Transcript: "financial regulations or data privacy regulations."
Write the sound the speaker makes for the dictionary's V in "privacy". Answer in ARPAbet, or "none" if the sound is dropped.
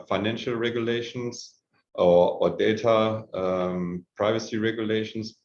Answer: V